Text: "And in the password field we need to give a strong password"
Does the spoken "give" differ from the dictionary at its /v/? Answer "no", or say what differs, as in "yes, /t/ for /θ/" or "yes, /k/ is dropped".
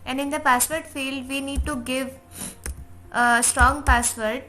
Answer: no